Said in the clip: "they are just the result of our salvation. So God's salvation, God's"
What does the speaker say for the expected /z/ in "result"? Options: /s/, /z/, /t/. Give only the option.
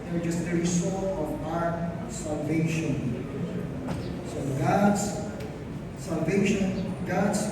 /s/